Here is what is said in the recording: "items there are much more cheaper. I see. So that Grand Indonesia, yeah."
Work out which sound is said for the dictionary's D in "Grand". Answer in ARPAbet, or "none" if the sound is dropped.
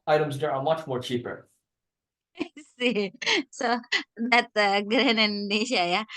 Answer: none